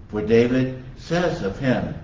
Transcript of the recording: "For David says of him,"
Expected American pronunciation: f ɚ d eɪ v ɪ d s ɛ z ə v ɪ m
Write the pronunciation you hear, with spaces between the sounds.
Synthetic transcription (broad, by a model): f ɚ d eɪ v ɪ d s ɛ z ə v ɪ m